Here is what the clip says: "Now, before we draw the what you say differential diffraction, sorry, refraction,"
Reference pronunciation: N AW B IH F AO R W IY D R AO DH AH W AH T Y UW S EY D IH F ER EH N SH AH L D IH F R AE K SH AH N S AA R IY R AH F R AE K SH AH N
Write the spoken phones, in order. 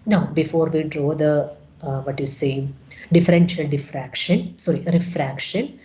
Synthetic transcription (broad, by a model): N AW B IH F AO R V IY D R AO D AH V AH T Y UW S EY D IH F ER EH N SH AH L D IH F R AE K SH AH N S AA R IY R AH F R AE K SH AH N